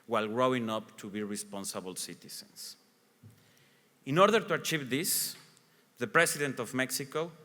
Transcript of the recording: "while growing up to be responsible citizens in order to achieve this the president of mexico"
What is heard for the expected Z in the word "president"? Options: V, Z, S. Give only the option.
S